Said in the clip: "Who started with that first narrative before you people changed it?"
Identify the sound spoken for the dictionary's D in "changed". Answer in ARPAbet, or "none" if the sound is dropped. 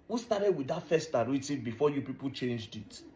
D